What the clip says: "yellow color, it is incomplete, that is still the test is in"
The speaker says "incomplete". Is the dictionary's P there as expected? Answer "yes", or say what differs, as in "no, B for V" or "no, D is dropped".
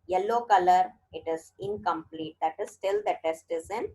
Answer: yes